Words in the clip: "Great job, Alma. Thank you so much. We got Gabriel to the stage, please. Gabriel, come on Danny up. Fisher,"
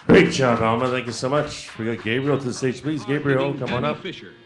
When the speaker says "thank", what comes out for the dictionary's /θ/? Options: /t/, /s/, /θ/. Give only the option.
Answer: /θ/